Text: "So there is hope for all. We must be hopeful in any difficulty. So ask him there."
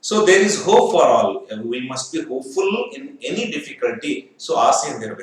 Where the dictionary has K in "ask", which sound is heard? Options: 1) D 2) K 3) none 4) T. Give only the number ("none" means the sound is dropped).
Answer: 3